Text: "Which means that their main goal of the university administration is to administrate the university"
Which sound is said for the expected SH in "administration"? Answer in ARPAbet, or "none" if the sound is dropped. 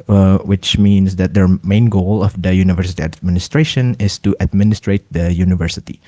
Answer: SH